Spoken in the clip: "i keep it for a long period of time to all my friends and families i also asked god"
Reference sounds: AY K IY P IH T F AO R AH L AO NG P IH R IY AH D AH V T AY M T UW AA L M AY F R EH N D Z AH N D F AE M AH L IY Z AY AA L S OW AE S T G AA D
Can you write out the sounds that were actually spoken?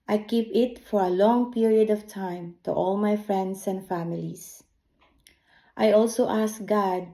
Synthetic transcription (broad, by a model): AY K IY P IH T F AO R AH L AO NG P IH R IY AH D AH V T AY M T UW AA L M AY F R EH N D S AH N D F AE M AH L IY S AY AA L S OW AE S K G AA D